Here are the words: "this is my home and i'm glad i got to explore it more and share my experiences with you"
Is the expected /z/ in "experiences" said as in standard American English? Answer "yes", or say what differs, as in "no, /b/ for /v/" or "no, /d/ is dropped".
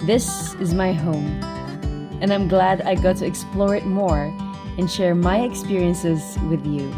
yes